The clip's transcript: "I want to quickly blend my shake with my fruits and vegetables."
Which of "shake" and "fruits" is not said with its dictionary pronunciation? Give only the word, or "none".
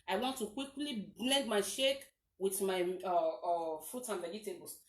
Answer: fruits